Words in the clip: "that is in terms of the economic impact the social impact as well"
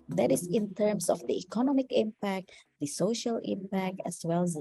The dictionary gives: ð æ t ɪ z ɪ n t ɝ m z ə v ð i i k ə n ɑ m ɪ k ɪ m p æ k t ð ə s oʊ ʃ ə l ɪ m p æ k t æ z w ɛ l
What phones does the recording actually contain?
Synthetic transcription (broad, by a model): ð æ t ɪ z ɪ n t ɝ m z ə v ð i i k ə n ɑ m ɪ k ɪ m p æ k t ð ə s oʊ ʃ ə l ɪ m p æ k t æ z w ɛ l